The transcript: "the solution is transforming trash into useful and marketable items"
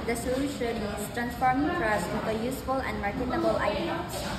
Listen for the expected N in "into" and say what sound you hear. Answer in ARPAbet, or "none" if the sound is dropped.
none